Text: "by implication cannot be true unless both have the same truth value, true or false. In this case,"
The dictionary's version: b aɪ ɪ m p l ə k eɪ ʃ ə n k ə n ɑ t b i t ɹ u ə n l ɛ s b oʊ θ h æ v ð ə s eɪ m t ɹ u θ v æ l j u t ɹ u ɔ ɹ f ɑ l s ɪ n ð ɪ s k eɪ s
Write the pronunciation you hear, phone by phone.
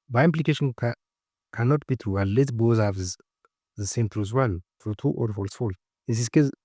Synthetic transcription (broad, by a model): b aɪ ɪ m p l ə k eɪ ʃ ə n k ə n ɑ t b i t ɹ u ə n l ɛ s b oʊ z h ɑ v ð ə s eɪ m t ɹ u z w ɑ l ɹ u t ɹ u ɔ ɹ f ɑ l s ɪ l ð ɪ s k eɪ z